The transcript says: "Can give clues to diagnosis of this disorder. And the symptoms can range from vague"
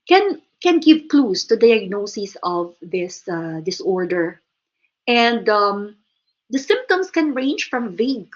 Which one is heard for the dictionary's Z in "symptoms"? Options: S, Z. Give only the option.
S